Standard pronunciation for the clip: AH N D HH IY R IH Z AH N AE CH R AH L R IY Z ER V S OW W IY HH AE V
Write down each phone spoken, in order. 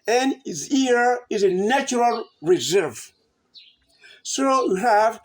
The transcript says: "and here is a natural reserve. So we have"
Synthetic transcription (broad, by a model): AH N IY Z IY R IH Z AH N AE CH R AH L R IY Z ER V S OW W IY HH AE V